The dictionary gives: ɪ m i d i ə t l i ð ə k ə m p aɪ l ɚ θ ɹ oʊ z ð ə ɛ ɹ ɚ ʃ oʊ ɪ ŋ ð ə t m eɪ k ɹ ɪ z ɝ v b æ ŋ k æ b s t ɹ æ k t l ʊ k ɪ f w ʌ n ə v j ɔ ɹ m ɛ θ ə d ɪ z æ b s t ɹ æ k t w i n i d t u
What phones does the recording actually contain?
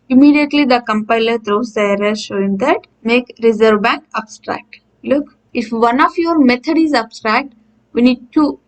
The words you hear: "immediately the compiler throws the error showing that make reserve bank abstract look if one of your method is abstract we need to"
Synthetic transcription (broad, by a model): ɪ m i d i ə t l i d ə k ə m p aɪ l ɚ t ɹ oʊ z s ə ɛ ɹ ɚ ʃ oʊ ɪ ŋ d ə t m eɪ k ɹ ɪ z ɝ v b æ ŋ k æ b s t ɹ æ k t l ʊ k ɪ f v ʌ n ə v j ɔ ɹ m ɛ t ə d ɪ z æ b s t ɹ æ k t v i n i d t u